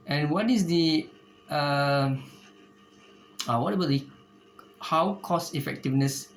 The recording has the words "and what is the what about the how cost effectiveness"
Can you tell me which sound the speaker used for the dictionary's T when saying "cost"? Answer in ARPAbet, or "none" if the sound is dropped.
none